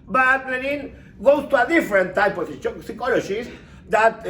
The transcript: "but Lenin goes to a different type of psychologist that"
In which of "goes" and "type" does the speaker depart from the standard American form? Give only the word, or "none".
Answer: goes